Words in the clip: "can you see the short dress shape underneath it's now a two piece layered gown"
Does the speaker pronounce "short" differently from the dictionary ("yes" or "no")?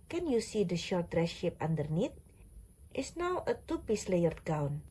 no